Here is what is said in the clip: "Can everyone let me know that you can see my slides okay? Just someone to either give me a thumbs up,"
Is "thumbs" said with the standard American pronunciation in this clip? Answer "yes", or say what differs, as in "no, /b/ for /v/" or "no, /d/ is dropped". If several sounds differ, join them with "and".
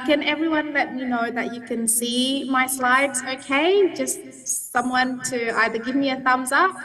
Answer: yes